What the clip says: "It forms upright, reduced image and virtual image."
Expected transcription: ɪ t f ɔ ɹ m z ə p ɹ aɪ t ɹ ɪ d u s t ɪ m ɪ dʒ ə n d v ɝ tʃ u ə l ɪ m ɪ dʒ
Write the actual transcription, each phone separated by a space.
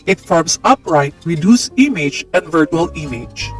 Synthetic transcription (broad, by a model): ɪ t f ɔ ɹ m s ə p ɹ aɪ t ɹ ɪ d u s ɪ m ɪ dʒ ə n d v ɝ tʃ u ə l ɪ m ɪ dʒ